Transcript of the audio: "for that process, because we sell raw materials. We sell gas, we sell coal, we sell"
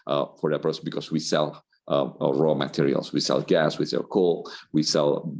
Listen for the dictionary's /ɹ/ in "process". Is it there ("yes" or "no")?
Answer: no